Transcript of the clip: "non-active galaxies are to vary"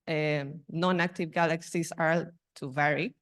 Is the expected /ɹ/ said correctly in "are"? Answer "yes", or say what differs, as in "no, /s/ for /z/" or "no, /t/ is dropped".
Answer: no, /l/ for /ɹ/